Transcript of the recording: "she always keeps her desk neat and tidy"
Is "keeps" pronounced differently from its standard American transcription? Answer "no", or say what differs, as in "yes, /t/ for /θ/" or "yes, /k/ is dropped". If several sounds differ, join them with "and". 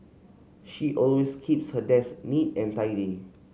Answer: no